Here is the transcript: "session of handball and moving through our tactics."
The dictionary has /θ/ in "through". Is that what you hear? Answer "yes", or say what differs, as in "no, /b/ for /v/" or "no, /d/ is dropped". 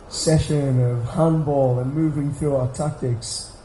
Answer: yes